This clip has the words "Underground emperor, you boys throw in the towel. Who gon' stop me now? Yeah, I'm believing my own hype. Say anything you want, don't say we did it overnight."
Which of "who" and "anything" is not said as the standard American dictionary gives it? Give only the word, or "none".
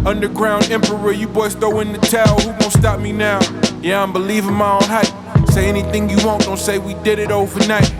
none